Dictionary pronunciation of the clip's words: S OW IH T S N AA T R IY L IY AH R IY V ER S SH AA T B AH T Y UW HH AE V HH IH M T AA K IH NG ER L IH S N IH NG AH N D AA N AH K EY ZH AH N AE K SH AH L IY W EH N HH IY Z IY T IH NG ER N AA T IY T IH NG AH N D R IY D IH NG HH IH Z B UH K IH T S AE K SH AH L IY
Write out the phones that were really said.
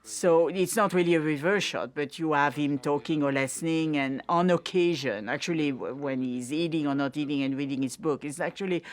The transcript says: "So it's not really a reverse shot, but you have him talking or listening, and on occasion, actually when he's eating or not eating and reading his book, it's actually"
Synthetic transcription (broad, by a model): S OW IH T S N AA T R IY L IY AH R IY V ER SH AA T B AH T Y UW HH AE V HH IH M T AA K IH NG ER L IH S N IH NG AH N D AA N AH K EY ZH AH N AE K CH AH L IY W EH N HH IY Z IY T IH NG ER N AA T IY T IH NG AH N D R IY D IH NG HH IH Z B UH K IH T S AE K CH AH L IY